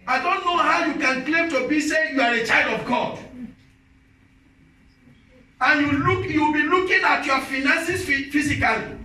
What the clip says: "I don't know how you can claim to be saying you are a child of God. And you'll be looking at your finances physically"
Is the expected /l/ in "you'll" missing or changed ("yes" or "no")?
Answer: yes